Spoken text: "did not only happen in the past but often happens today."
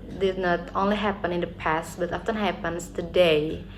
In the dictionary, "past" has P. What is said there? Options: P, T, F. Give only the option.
P